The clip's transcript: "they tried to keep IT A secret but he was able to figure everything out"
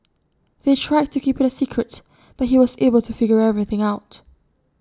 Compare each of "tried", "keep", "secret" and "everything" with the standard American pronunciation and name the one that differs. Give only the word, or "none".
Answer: none